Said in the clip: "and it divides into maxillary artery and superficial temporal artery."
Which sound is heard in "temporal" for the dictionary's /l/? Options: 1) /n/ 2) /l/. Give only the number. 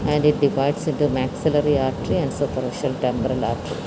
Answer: 2